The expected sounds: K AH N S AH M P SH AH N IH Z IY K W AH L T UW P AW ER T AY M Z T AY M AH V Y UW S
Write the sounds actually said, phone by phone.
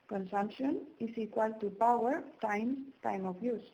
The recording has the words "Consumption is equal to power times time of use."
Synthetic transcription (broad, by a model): K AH N S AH M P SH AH N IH S IY K W AH L T UW P AW ER T AY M S T AY M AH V Y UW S